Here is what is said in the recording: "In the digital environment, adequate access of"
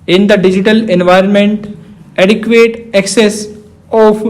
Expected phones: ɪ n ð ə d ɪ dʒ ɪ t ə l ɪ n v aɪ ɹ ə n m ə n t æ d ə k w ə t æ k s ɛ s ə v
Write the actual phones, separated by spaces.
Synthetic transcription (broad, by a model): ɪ n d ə d ɪ dʒ ɪ t ə l ɪ n v aɪ ɹ ə n m ə n t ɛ d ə k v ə t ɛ k s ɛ s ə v